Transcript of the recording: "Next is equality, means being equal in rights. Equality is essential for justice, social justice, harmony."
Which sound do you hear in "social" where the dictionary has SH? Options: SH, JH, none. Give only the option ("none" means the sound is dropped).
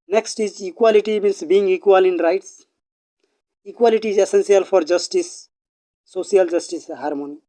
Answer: none